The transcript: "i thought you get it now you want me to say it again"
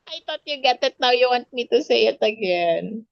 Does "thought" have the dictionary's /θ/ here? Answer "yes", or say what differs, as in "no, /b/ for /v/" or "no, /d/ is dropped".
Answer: no, /t/ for /θ/